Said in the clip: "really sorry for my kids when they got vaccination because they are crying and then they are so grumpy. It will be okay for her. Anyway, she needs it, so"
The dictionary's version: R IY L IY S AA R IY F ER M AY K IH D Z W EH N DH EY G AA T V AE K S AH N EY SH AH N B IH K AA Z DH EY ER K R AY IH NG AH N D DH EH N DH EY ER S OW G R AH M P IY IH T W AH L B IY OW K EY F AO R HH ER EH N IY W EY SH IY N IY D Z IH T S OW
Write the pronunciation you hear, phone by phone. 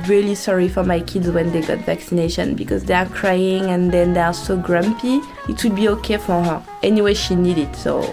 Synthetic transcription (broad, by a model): R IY L IY S AA R IY F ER M AY K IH D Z W EH N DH EY G AA T V AE K S AH N EY SH AH N B IH K AA Z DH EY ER K R AY IH NG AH N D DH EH N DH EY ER S OW G R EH M P IY IH T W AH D B IY OW K EY F AO R HH ER EH N IY W EY SH IY N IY D IH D S OW